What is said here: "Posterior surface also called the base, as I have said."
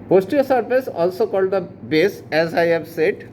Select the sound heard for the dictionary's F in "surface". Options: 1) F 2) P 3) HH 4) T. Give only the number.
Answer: 2